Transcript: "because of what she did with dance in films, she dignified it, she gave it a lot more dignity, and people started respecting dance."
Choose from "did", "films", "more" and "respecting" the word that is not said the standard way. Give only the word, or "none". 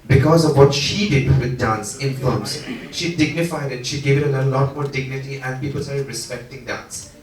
films